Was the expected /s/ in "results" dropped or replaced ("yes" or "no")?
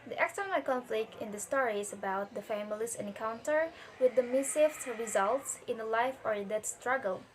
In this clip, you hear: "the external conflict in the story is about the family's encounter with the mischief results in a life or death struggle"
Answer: no